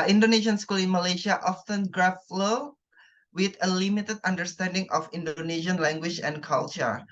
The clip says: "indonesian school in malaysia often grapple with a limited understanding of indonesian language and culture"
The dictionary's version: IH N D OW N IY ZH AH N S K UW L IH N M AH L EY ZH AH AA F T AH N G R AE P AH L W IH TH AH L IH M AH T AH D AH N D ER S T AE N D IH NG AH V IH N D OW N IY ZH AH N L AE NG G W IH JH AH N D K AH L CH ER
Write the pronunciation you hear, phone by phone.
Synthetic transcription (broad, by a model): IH N D OW N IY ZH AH N S K UW L IH N M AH L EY SH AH AA F T AH N G R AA F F L W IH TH AH L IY M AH T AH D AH N D ER S T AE N D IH NG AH F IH N D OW N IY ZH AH N L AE NG G W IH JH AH N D K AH L CH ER